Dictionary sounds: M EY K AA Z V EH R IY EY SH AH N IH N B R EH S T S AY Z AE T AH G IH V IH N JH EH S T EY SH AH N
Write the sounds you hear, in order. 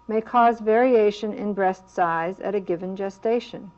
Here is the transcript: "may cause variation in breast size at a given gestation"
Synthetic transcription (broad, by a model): M EY K AA Z V EH R IY EY SH AH N IH N B R EH S T S AY Z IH T AH G IH V IH N JH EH S T EY SH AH N